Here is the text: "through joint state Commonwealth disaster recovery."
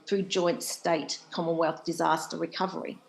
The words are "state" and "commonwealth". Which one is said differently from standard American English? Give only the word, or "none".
none